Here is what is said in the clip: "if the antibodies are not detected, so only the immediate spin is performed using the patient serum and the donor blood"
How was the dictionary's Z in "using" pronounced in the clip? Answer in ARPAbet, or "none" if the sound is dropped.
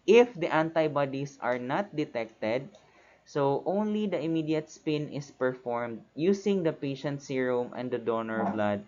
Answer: S